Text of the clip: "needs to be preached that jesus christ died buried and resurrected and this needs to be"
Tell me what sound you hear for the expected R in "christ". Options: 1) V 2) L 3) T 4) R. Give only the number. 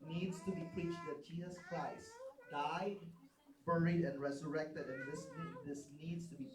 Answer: 2